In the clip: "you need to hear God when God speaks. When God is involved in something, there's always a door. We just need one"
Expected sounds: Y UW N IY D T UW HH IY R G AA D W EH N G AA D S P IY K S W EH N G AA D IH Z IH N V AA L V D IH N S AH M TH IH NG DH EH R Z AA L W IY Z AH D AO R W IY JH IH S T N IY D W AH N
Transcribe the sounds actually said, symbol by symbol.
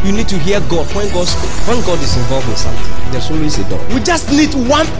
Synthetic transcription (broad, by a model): Y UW N IY D T UW HH IY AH G AA D W EH N G AA D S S W EH N G AA D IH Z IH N V AA L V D IH N S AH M T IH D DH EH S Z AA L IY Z AH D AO W IY JH IH S T N IY D W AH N